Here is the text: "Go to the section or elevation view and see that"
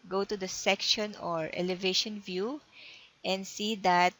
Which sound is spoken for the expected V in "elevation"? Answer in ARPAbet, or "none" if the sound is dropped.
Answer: V